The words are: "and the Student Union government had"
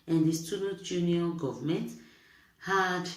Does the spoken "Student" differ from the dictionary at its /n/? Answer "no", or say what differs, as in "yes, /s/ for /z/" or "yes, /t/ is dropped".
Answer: yes, /n/ is dropped